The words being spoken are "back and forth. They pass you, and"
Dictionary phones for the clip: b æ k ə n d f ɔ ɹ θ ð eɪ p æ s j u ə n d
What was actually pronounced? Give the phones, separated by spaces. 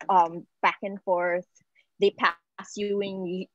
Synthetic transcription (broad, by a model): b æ k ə n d f ɔ ɹ θ ð eɪ p æ s j u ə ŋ